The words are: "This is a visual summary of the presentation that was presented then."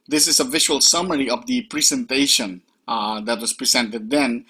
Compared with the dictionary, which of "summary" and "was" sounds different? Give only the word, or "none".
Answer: was